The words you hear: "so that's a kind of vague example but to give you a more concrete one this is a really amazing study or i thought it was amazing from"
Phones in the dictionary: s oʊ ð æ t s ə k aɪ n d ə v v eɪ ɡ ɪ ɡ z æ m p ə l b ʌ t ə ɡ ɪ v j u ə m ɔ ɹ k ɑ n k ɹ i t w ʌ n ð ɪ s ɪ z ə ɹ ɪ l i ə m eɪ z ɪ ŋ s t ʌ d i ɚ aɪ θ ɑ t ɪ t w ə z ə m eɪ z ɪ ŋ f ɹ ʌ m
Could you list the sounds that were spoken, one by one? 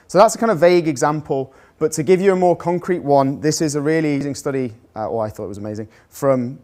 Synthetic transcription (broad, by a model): s oʊ ð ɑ t s ə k aɪ n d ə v v eɪ ɡ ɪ ɡ z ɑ m p ə l b ʌ t ə ɡ ɪ v j ə m ɔ k ɑ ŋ k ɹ i t w ʌ n ð ɪ s ɪ z ə ɹ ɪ l i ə z ɪ ŋ s t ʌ d i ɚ aɪ θ ɑ t ɪ t w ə z ə m eɪ z ɪ ŋ f ɹ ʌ m